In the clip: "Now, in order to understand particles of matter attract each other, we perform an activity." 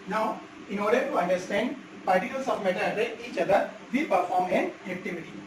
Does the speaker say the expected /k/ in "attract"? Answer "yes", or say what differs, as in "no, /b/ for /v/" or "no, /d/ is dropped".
no, /k/ is dropped